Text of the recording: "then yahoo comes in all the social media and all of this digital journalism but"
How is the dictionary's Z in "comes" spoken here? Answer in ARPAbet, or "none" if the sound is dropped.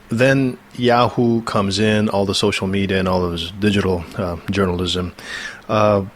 Z